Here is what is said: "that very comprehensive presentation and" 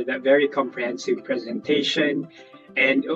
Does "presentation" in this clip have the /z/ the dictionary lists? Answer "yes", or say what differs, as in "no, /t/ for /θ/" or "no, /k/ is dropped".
yes